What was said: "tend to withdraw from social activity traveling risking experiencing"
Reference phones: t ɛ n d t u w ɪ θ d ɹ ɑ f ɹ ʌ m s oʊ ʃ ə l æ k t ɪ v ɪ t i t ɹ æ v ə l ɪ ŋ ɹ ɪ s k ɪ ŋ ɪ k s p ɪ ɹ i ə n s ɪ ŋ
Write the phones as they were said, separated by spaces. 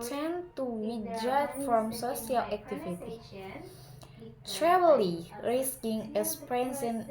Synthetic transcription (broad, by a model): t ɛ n t u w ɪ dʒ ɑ f ɹ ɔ m s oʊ s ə l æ k t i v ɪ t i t ɹ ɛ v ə l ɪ ɹ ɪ s k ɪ ŋ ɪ s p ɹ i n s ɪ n